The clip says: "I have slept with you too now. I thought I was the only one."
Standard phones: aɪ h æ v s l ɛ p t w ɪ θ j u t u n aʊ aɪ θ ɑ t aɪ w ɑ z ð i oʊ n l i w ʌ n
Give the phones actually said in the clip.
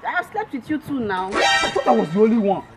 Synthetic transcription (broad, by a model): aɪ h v s l ɛ p t w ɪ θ j u t u n aʊ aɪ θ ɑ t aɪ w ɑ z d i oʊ l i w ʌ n